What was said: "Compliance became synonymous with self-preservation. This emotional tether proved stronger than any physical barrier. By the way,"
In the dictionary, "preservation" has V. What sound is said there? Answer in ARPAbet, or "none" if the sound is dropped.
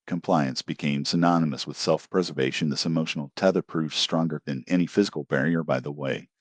V